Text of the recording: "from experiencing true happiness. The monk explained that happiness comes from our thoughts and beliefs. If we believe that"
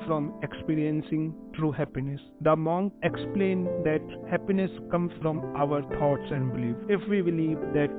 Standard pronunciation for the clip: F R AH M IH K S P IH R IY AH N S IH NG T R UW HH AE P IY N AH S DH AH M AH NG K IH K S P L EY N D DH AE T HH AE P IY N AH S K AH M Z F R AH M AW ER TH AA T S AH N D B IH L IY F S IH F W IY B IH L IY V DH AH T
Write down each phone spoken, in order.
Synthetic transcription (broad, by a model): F R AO M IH K S P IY R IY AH N S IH NG T R UW HH AE P IY N AH S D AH M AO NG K IH K S P L EY N D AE T HH AE P IY N AH S K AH M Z F R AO M AW ER T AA T S AH N D B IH L IY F IH F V IY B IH L IY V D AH T